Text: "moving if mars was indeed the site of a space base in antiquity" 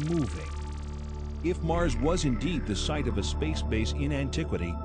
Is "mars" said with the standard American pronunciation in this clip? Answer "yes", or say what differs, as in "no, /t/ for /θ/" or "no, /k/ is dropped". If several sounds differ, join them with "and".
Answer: yes